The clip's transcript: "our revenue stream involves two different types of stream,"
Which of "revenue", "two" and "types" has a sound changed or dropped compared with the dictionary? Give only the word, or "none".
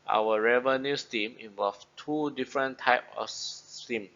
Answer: types